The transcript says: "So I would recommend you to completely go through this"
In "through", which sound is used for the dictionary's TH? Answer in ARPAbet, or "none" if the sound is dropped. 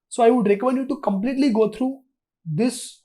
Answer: T